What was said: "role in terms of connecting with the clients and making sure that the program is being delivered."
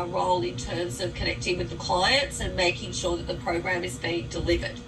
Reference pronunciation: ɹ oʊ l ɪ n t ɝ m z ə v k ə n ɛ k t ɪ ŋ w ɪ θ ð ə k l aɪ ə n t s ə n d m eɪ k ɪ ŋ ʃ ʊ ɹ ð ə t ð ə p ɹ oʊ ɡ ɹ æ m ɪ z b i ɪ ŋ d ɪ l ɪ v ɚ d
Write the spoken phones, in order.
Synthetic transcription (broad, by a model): ɹ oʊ l ɪ n t ɝ m z ə v k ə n ɛ k t ɪ ŋ w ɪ ð ə k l aɪ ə n t s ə n m eɪ k ɪ ŋ ʃ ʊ ɹ ð ə t ð ə p ɹ oʊ ɡ ɹ æ m ɪ z b i ɪ ŋ d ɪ l ɪ v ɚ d